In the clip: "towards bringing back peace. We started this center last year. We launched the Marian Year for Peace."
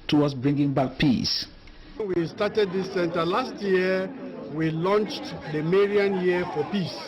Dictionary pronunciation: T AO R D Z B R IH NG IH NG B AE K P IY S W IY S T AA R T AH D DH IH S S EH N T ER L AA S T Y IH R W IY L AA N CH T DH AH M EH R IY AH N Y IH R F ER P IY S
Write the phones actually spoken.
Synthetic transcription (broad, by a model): T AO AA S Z B R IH NG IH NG B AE K P IY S W IY S T AA T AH D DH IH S S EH N T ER L AA S T Y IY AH W IY L AA N CH T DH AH M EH R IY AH N Y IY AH F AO P IY S